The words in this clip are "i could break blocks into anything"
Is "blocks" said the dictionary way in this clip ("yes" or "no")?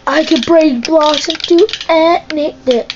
no